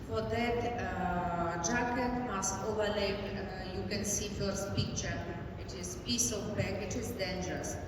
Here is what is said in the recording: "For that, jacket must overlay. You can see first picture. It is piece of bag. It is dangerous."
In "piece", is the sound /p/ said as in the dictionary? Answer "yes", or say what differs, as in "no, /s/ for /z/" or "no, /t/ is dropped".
yes